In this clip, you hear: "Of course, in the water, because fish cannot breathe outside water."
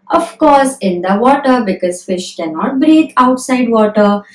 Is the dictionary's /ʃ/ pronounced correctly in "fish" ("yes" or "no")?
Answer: yes